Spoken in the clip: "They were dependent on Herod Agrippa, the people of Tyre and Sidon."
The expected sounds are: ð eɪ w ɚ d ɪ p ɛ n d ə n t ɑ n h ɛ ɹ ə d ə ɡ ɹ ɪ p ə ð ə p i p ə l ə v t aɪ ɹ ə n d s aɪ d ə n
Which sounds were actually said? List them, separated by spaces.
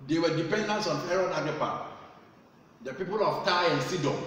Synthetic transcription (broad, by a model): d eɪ w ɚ d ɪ p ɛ n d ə n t ɑ n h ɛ ɹ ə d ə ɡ ɪ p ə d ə p i p ə l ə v t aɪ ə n s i d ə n